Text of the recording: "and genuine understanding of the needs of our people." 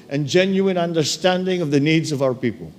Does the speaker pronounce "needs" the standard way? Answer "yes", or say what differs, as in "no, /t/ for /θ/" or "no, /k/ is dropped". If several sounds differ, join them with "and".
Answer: yes